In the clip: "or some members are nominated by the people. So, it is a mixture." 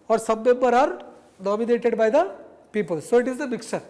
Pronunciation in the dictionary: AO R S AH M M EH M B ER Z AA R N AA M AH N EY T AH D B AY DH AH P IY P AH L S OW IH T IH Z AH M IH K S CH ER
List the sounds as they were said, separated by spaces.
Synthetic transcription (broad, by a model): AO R S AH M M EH M B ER AA R N AA M AH N EY T AH D B AY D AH P IY P AH L S OW IH T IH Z AH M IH K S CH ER